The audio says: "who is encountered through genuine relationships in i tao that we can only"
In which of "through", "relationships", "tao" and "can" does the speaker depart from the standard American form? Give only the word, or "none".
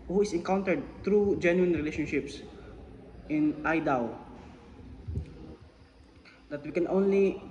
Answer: through